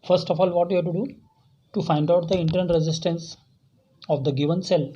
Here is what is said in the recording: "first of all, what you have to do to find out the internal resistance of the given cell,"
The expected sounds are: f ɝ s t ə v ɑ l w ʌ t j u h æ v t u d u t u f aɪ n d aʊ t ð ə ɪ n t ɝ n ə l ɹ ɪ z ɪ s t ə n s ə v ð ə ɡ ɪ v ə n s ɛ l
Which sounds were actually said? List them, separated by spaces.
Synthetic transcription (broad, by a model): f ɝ s t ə f ɑ l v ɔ t j u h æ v t u d u t u f aɪ n d aʊ t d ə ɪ n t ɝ ə n ɹ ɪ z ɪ s t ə n s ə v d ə ɡ ɪ v ə n s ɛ l